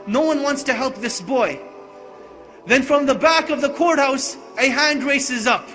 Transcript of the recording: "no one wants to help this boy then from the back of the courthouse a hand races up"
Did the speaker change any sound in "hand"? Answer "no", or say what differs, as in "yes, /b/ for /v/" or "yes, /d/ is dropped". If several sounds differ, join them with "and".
no